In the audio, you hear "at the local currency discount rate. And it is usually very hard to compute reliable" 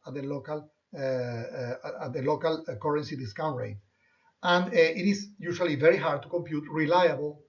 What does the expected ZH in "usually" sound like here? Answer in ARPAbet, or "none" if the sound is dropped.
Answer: SH